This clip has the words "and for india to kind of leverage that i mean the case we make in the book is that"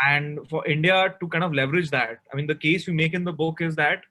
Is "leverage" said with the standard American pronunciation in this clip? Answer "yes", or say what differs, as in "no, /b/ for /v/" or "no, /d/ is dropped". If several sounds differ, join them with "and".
yes